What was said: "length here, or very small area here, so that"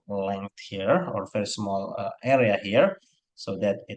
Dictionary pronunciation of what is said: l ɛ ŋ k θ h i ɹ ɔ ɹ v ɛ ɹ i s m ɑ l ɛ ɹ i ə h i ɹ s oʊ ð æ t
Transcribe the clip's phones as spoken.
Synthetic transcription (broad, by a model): l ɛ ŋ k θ h i ɹ ɔ ɹ f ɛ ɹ s m ɑ l ɛ ɹ i ə h i ɹ s oʊ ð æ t